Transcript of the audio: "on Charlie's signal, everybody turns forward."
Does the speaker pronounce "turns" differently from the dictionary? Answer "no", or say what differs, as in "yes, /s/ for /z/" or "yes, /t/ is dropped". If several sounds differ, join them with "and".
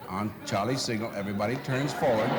no